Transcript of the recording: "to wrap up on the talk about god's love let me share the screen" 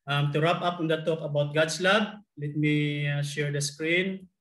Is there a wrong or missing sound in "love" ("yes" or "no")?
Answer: yes